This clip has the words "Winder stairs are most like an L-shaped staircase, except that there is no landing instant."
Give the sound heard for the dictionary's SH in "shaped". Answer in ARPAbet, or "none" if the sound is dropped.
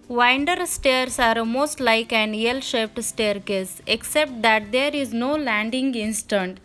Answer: SH